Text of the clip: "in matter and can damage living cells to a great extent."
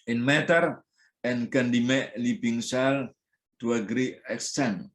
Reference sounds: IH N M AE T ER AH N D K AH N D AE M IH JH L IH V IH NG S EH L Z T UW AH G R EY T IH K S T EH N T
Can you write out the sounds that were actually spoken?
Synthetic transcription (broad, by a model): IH N M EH T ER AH N K AH N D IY M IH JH L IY B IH NG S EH L T UW AH G R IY IH K S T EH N